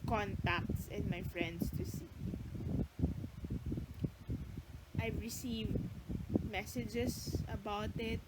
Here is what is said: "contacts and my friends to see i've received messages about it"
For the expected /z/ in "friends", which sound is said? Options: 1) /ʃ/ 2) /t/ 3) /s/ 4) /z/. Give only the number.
3